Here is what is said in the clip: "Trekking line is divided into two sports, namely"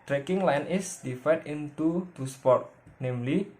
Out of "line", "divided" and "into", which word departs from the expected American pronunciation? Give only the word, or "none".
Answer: divided